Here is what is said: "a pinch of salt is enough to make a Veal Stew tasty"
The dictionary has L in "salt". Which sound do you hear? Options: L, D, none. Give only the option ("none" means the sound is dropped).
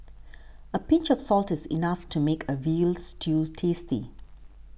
L